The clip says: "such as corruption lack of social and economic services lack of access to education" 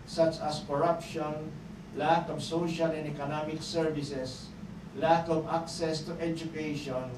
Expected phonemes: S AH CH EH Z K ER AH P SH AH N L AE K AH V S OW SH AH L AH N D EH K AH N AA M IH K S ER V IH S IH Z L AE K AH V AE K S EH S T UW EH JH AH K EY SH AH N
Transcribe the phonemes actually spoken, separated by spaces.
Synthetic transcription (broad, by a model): S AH CH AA S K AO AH P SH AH N L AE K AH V S OW SH AH L AH N D EH K AH N AA M IH K S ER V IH S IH S L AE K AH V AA K S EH S T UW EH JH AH K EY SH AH N